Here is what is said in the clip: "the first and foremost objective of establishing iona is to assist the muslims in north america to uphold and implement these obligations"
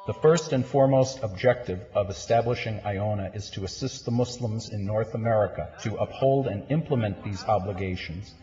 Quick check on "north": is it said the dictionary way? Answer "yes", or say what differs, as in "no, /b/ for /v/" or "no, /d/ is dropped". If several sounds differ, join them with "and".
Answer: yes